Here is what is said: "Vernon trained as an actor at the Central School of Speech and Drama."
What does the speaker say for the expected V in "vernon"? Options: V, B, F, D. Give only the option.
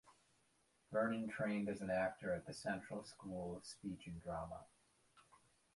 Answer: B